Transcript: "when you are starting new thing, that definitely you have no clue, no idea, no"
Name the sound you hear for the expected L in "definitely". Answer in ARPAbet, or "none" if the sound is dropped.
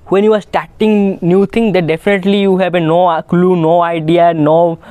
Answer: L